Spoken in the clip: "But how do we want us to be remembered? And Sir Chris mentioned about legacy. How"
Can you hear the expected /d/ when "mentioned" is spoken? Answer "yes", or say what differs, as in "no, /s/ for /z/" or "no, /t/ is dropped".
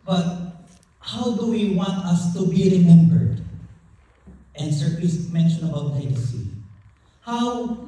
no, /d/ is dropped